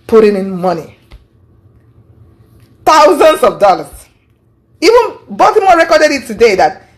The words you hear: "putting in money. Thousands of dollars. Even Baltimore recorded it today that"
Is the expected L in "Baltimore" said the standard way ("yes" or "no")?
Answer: no